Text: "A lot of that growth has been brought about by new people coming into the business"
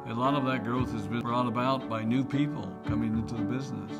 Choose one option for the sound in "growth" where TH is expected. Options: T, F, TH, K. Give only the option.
TH